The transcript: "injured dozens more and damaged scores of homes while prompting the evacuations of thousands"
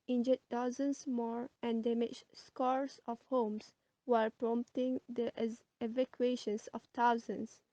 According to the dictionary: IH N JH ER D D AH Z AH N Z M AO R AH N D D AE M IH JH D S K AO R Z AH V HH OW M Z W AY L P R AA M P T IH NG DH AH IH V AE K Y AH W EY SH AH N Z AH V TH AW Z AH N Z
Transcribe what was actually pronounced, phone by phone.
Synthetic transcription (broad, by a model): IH N JH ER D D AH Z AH N S M AO R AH N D D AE M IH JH S K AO R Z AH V HH OW M S W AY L P R AA M P T IH NG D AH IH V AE K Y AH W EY SH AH N S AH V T AW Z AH N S